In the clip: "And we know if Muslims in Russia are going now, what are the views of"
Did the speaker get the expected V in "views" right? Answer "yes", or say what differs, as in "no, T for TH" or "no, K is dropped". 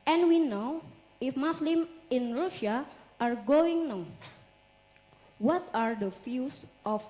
no, F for V